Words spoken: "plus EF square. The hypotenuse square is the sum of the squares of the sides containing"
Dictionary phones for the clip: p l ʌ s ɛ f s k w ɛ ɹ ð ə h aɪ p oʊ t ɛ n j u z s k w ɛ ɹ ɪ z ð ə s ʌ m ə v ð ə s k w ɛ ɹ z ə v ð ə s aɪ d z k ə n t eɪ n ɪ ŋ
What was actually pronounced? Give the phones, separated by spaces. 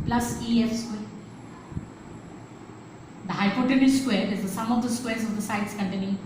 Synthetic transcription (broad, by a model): p l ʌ s ɛ f s k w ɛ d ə h aɪ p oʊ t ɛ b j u s k w ɛ ɹ ɪ z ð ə s ʌ m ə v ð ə s k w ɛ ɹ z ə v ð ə s aɪ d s k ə n t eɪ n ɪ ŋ